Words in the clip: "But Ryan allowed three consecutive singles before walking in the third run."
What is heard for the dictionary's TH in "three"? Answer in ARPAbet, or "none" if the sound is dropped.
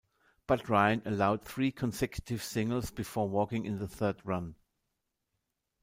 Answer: TH